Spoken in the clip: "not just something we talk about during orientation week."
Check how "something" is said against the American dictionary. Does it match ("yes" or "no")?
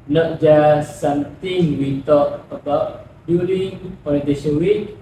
no